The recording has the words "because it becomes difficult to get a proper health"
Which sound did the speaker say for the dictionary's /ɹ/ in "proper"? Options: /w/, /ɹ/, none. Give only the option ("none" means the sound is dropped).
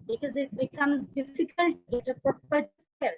none